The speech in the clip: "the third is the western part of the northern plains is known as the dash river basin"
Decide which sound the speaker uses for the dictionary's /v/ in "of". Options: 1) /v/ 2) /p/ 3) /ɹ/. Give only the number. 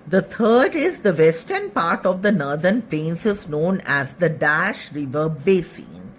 1